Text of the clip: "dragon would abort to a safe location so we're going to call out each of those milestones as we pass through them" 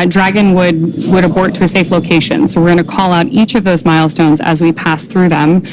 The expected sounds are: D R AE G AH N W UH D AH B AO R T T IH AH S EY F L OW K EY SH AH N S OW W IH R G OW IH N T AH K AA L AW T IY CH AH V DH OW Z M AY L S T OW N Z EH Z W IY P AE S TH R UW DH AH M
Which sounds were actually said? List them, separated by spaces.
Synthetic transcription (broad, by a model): D R AE G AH N W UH D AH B AO R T T IH AH S EY F L OW K EY SH AH N S OW W IH R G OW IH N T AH K AA L AW T IY CH AH V DH OW Z M AY L S T OW N Z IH Z W IY P AE S TH R UW DH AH M